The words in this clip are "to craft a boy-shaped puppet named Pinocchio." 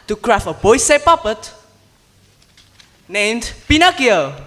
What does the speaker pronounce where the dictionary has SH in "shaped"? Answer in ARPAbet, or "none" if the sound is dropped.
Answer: S